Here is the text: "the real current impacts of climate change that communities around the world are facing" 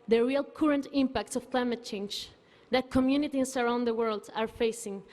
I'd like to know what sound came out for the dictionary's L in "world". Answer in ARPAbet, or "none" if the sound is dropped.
L